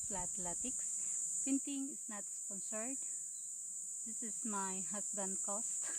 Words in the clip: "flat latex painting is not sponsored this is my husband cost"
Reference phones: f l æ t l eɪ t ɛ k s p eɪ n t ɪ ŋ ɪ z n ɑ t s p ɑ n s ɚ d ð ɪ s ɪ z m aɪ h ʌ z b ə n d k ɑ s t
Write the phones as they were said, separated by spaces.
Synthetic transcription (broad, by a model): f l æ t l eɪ t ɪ k s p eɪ n t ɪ ŋ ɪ s n ɑ t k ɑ n s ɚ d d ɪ s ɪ s m aɪ h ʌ s b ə n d k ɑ s t